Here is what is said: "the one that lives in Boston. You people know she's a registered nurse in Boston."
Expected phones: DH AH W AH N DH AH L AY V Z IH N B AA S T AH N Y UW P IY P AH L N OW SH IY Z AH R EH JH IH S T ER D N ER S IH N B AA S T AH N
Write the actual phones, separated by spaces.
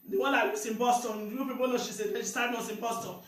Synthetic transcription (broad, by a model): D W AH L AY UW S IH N B AA S T AH N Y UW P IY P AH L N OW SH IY S AH L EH SH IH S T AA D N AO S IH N B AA S T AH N